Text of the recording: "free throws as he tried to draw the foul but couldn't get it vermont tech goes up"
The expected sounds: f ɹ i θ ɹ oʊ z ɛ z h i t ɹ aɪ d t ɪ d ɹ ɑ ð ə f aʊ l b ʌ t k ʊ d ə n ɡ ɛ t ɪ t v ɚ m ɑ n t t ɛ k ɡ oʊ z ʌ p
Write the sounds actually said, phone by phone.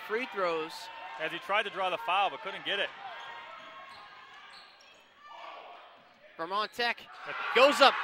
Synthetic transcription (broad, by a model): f ɹ i θ ɹ oʊ z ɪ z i t ɹ aɪ d t ɪ d ɹ ɑ ð ə f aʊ l b ʌ t k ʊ d n ɡ ɛ t ɪ t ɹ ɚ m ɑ n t t ɛ k ɡ oʊ z ʌ p